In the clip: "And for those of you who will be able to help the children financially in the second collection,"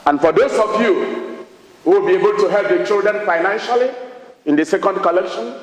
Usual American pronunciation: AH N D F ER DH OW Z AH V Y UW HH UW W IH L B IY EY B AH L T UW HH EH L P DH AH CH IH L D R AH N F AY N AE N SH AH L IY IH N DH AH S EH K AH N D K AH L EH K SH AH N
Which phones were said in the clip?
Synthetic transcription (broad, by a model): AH N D F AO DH OW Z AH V Y UW HH UW W IH L B IY EY B AH L T UW HH EH L P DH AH CH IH L D R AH N F AY N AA N SH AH L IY IH N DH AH S EH K AH N D K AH L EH K SH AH N